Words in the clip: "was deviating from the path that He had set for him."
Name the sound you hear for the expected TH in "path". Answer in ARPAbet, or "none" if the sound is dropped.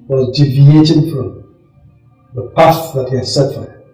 S